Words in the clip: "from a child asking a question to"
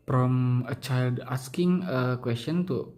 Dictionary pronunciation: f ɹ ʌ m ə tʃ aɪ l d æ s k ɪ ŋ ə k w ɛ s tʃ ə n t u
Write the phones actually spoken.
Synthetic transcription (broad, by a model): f ɹ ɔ m ə tʃ aɪ l d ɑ s k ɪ ŋ ə k w ɛ s tʃ ə n t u